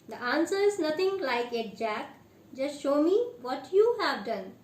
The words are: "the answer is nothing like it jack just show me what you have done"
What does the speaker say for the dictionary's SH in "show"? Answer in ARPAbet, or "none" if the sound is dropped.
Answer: SH